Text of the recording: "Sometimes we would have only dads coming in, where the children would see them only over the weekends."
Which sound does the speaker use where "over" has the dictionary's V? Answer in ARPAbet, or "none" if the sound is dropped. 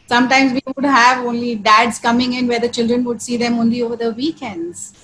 V